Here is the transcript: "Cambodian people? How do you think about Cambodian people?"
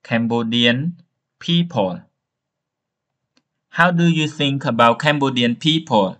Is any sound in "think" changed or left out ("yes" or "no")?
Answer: yes